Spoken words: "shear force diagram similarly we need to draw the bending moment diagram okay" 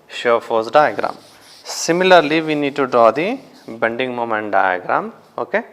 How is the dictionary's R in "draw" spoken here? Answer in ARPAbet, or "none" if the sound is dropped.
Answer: R